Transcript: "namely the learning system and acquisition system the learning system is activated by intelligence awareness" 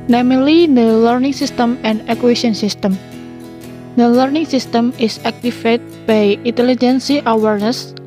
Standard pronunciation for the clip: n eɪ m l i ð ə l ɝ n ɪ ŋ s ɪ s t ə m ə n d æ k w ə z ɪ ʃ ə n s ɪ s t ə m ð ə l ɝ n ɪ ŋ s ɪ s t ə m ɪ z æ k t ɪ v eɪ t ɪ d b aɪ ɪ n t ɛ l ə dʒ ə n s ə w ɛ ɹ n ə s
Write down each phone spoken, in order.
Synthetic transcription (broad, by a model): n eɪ m l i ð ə l ɝ n ɪ ŋ s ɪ s t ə m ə n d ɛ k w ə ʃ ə n s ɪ s t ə m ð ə l ɝ n ɪ ŋ s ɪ s t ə m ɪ s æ k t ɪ f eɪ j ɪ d b aɪ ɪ n t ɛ l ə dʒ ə n s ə w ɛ ɹ n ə s